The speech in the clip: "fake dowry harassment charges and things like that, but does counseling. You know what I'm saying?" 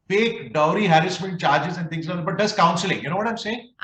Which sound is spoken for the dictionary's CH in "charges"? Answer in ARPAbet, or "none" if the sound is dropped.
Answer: CH